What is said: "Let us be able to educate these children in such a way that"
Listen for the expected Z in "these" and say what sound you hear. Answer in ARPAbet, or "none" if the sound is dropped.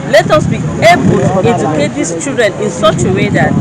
S